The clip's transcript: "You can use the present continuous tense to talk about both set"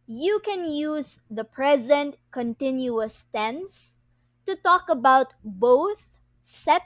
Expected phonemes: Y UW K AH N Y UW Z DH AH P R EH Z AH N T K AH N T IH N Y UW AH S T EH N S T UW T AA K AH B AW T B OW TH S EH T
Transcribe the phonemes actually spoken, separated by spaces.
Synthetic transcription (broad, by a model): Y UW K AH N Y UW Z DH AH P R EH Z AH N T K AH N T IH N Y UW AH S T EH N S T UW T AA K AH B AW T B OW TH S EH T